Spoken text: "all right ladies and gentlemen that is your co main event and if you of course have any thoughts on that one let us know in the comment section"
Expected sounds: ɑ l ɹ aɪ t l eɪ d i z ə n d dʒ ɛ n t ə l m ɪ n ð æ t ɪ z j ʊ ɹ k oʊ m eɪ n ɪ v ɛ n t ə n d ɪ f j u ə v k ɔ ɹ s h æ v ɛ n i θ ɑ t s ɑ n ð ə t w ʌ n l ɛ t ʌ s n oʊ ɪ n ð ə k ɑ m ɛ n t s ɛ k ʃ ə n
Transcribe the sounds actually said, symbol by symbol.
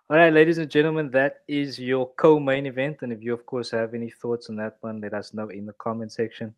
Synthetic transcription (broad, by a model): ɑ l ɹ aɪ t l eɪ d i z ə n dʒ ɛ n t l m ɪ n ð æ t ɪ z j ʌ k oʊ m eɪ n ɪ v ɛ n t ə n ɪ f j u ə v k ɔ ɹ s h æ v ɛ n i θ ɑ t s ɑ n ð ə t w ʌ n l ɛ t ʌ s n oʊ ɪ n ð ə k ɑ m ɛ n s ɛ k ʃ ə n